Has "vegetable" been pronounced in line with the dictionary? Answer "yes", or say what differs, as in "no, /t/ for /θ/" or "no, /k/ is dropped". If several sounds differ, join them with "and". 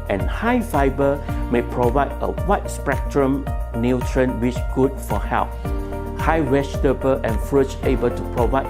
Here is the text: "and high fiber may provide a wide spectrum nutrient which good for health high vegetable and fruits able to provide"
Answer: no, /w/ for /v/ and /ʃ/ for /dʒ/